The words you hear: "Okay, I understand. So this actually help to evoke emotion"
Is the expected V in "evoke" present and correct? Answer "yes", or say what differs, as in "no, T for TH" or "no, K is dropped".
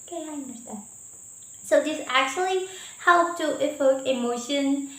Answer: no, F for V